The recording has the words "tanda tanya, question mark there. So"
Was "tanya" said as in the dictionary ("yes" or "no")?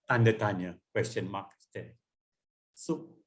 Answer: yes